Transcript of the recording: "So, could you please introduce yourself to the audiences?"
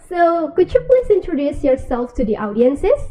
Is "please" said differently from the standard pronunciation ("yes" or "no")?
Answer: yes